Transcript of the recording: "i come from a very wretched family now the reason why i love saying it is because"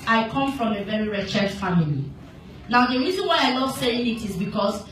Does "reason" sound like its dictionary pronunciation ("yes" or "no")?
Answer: yes